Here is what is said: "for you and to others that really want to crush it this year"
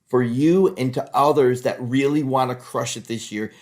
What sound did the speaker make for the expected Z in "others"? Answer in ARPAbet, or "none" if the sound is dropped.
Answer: Z